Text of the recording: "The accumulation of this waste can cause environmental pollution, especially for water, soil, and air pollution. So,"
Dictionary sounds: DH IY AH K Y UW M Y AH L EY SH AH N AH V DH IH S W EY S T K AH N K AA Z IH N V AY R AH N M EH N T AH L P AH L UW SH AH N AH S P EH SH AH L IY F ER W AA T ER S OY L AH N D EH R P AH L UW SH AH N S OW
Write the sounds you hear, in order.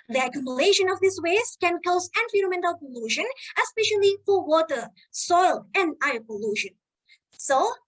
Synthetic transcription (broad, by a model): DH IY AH K Y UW M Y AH L EY SH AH N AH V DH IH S W EY S T K AH N K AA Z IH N F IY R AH M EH N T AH L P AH L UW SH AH N AH S P EH SH AH L IY F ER W AA T ER S OY L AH N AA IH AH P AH L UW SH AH N S OW